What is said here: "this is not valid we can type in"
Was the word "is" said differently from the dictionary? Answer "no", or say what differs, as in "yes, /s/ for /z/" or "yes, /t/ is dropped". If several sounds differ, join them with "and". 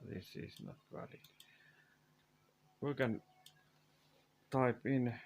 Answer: yes, /s/ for /z/